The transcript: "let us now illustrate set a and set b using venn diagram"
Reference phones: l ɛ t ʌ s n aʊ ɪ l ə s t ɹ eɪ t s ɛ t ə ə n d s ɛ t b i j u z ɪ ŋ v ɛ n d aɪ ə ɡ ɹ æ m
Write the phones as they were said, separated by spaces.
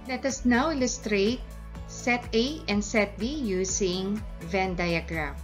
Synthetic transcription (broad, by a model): l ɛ t ʌ s n aʊ ɪ l ə s t ɹ eɪ t s ɛ t ə ə n d s ɛ t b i j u s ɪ ŋ v ɛ n d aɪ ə ɡ ɹ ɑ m